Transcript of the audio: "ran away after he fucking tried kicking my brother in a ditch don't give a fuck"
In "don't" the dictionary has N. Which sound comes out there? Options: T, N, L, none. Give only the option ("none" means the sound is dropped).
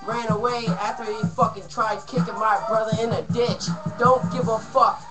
N